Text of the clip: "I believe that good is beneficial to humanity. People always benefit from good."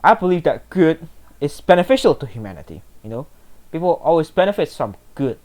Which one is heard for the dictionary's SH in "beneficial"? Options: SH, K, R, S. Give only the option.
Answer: SH